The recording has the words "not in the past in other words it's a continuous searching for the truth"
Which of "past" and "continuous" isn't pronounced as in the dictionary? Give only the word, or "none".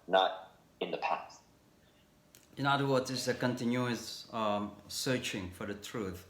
none